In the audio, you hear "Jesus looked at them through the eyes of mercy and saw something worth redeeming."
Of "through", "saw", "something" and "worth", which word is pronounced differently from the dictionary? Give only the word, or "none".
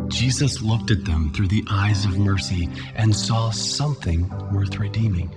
none